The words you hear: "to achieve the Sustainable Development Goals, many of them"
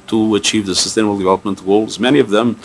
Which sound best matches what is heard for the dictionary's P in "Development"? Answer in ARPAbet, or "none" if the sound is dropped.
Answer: P